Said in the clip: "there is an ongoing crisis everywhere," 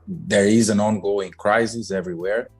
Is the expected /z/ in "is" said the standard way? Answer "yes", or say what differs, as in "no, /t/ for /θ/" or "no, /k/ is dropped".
yes